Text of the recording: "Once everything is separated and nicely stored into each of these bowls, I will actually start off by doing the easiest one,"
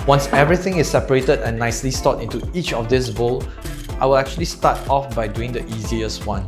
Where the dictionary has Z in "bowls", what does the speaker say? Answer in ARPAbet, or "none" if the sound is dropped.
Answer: none